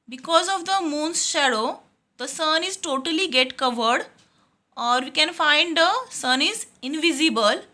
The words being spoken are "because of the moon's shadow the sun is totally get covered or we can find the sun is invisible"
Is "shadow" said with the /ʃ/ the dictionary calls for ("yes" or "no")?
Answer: yes